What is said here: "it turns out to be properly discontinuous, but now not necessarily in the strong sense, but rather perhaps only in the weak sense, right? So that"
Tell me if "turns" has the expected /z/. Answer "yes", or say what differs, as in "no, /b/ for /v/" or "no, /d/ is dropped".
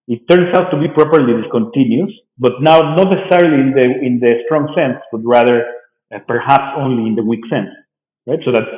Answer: no, /s/ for /z/